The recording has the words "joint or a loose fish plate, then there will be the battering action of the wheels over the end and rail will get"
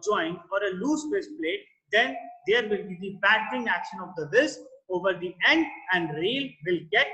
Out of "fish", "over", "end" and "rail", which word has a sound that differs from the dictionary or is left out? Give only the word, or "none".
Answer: fish